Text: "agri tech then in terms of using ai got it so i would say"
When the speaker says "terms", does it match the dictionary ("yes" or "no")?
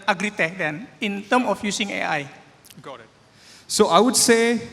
no